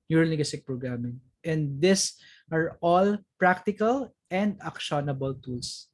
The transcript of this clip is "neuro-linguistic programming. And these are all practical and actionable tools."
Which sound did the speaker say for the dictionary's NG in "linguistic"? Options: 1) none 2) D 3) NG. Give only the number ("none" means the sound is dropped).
1